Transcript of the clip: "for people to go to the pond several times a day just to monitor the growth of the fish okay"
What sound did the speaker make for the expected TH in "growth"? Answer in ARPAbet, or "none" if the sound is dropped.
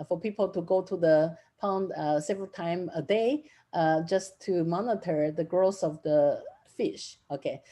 S